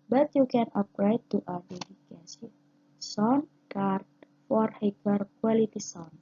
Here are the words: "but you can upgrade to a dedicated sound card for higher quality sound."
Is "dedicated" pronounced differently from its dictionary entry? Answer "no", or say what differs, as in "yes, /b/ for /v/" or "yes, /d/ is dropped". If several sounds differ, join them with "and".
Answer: yes, /s/ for /t/